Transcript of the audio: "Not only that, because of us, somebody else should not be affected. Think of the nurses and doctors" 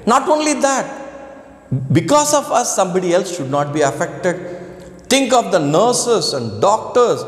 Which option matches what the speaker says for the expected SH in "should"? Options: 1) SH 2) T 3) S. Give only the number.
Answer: 1